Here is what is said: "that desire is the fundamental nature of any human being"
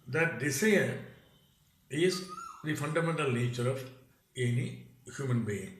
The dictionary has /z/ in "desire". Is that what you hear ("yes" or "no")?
no